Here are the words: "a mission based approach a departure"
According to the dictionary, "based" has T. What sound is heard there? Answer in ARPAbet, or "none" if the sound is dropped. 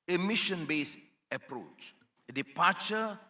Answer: none